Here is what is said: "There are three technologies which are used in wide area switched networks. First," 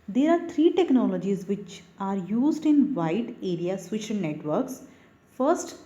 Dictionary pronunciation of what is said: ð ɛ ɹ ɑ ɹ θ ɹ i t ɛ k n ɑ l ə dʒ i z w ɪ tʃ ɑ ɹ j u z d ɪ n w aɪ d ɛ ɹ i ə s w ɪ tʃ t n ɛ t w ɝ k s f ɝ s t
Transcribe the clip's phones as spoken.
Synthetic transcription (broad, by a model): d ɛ ɹ ɑ ɹ t ɹ i t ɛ k n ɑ l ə dʒ i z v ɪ tʃ ɑ ɹ j u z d ɪ n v aɪ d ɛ ɹ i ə s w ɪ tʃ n n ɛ t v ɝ k s f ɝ s t